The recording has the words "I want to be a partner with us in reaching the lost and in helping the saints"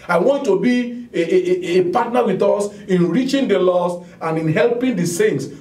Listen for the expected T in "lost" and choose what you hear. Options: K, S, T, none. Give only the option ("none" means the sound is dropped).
none